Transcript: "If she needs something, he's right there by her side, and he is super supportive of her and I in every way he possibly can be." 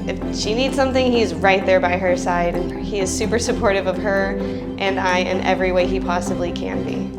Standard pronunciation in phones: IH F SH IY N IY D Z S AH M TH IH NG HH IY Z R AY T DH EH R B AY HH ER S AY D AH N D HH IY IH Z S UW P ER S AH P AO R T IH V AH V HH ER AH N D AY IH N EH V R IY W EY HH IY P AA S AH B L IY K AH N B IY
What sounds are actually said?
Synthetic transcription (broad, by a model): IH F SH IY N IY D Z S AH M TH IH NG HH IY Z R AY T DH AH R B AY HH ER S AY D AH N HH IY IH Z S UW P ER S AH P AO R T IH V AH V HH ER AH N AY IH N EH V R IY W EY HH IY P AA S AH B L IY K AH N B IY